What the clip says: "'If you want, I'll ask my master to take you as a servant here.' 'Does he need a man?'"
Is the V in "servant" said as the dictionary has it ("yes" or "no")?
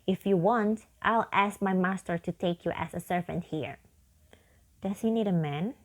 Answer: yes